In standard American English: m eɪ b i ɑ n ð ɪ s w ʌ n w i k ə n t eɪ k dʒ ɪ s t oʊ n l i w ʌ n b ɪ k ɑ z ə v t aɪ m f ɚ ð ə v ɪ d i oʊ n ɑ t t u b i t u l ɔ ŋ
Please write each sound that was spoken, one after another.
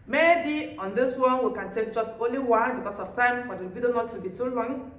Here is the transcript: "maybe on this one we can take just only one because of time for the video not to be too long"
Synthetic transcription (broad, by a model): m eɪ b i ɑ n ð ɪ s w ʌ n w i k ə n t eɪ k dʒ ɪ s t oʊ n l i w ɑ b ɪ k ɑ s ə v t aɪ m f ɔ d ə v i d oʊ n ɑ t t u b i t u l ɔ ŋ